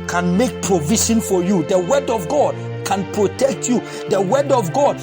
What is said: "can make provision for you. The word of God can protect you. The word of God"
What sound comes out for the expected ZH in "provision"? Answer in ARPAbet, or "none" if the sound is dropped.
SH